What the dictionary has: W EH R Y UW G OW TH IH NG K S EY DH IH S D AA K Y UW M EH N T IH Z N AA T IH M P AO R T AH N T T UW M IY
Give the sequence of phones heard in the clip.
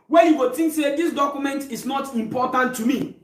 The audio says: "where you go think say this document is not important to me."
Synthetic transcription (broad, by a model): W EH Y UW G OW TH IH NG K S EY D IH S D AA K Y UW M EH N T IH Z N AA T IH M P AO T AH N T T UW M IY